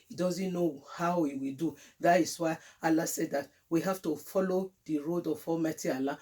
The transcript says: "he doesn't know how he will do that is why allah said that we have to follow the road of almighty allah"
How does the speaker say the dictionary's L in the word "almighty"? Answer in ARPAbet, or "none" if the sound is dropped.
none